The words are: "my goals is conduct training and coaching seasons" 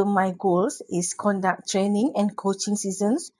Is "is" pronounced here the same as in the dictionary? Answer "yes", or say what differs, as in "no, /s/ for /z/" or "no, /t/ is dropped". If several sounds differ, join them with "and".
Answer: no, /s/ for /z/